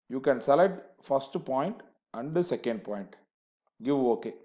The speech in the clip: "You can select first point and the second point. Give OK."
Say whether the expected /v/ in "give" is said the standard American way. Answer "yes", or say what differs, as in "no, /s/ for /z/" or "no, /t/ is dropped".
yes